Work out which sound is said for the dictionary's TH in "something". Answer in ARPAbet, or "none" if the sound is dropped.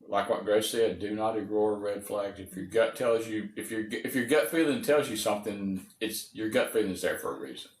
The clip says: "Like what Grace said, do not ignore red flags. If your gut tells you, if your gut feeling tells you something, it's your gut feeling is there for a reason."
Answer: TH